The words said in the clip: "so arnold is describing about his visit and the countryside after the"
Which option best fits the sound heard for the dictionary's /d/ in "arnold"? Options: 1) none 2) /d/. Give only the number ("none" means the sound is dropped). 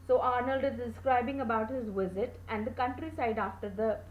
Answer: 2